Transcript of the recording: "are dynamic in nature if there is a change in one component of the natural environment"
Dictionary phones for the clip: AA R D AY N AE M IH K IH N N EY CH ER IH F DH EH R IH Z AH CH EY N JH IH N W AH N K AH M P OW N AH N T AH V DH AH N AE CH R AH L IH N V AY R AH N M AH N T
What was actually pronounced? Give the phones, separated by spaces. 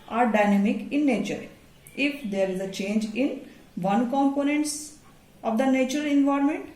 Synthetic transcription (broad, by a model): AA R D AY N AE M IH K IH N N EY CH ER IH F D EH R IH Z AH CH EY N JH IH N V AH N K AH M P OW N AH N T AH V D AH N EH CH AH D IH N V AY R M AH N T